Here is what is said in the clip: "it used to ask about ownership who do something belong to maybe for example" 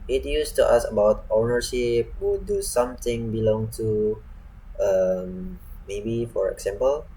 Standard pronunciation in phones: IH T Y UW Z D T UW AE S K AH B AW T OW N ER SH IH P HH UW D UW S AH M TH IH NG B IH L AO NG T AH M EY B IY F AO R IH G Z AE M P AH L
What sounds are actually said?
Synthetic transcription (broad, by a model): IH T Y UW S T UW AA S AH B AW T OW N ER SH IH P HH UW D UW S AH M T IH NG B IH L AO NG T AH M EY B IY F AO R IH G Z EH M P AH L